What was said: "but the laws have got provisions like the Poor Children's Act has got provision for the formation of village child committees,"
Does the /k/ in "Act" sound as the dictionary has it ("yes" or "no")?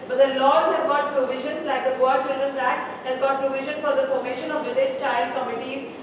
no